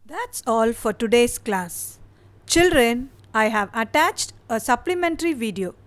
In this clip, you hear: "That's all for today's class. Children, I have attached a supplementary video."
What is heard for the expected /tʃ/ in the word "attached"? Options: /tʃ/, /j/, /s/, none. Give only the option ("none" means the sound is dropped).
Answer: /tʃ/